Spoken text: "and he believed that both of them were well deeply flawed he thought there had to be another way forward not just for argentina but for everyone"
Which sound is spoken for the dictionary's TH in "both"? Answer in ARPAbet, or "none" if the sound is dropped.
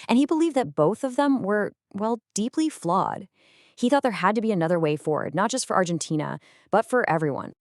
TH